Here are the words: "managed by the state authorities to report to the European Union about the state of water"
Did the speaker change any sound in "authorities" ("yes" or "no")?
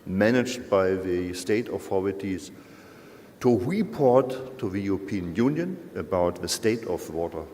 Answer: yes